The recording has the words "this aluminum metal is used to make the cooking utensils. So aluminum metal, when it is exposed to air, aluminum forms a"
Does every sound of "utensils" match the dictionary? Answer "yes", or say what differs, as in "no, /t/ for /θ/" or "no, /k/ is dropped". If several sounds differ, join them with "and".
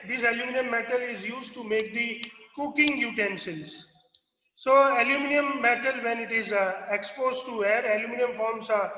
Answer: no, /ʃ/ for /s/